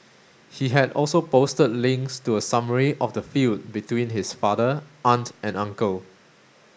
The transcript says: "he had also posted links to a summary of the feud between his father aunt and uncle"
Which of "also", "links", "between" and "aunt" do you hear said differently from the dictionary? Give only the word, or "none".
none